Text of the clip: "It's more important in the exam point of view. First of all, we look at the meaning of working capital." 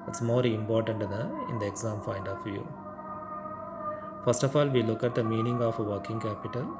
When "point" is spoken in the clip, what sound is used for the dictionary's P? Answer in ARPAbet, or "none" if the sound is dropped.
F